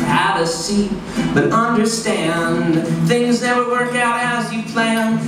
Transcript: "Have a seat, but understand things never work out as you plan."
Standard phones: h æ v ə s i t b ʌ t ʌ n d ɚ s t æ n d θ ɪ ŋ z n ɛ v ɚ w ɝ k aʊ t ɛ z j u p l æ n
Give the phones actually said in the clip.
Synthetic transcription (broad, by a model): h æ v ə s i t b ʌ t ʌ n d ɚ s t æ n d θ ɪ ŋ z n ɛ w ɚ w ɝ k aʊ t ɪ z j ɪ p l æ n